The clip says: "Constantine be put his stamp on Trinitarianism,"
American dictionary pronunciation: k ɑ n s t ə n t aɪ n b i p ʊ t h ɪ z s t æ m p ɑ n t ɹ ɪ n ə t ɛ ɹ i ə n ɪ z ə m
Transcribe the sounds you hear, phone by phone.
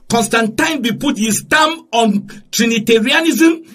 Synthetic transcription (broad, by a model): k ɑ n s t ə n t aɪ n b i p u t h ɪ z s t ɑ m ɑ n t ɹ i n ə t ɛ ɹ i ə n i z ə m